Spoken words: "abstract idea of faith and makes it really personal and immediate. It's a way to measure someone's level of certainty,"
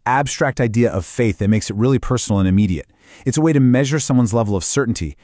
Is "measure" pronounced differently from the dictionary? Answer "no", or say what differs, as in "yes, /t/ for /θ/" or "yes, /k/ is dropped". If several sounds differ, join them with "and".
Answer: no